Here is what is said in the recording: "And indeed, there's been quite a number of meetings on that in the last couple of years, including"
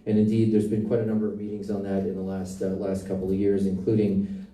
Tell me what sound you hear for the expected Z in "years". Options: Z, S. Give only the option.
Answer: Z